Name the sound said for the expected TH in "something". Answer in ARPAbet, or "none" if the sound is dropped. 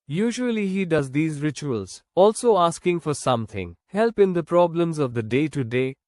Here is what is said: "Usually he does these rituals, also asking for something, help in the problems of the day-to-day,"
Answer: T